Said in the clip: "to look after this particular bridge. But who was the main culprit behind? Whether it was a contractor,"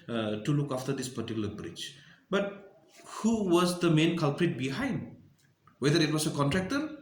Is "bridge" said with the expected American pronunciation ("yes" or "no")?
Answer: no